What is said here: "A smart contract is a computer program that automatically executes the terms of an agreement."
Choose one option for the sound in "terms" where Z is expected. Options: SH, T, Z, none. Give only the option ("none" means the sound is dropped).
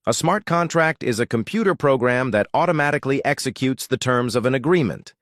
Z